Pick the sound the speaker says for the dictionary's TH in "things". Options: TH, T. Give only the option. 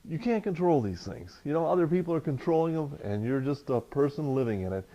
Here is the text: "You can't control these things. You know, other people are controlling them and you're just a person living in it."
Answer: TH